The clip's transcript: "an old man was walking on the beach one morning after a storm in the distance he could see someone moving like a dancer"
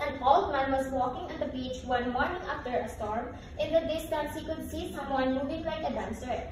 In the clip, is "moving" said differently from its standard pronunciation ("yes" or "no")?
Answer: yes